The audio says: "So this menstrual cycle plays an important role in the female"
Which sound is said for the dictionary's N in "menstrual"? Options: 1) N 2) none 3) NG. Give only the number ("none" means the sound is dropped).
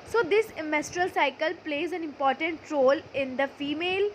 2